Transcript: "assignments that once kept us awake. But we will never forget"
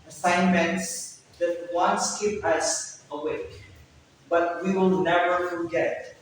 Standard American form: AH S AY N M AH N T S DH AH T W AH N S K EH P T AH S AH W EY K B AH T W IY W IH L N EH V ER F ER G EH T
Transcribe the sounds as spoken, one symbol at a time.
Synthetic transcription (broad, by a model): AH S AY N M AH N T S DH AH T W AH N S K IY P AH S AH W EY K B AH T W IY W IH L N EH V ER F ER G EH T